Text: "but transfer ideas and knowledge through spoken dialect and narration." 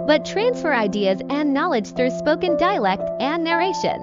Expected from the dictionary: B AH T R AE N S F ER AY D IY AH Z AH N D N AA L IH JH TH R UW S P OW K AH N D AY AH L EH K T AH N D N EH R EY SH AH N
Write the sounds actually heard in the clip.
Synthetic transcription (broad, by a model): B AH T R AE N S F ER AY D IY AH Z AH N N AA L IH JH TH R UW S P OW K AH N D AY AH L EH K T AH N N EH R EY SH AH N